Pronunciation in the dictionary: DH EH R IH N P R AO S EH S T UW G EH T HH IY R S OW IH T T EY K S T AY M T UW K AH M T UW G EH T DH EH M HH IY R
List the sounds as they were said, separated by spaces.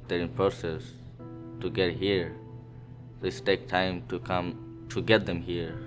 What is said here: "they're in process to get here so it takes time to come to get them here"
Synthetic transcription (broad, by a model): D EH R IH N P R AO S EH S T UW G EH T HH IY R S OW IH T T EY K T AY M T UW K AH M T UW G EH T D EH M HH IY R